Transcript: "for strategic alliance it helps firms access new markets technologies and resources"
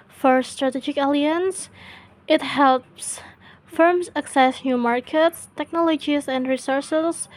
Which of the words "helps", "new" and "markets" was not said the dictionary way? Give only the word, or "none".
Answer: none